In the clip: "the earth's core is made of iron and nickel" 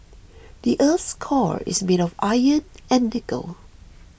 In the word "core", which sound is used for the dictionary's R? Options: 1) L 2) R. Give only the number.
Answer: 2